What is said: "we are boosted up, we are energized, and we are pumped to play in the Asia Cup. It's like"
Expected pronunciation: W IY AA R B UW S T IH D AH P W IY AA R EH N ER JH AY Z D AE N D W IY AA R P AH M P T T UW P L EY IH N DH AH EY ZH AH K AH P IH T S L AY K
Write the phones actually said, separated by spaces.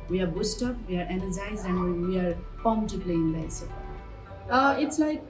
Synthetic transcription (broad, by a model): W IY AA R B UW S T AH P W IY AA R EH N ER JH AY Z D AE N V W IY AA R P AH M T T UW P L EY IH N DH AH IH S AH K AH IH T S L AY K